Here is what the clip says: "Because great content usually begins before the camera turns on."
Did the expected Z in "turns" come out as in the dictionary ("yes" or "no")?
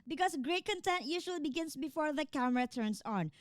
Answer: no